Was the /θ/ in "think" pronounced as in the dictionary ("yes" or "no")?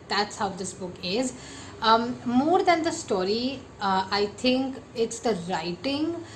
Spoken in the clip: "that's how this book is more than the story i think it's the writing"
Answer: no